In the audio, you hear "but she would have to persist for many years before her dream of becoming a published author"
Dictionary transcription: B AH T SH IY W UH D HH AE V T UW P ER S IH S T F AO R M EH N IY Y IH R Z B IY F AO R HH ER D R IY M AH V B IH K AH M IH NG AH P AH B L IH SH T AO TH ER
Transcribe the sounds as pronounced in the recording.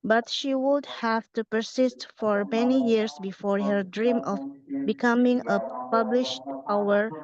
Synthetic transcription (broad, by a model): B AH T SH IY W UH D HH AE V T UW P ER S IH S T F AO R M EH N IY Y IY R S B IY F AO R HH ER D R IY M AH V B IH K AH M IH NG AH P AH B L IH SH T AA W ER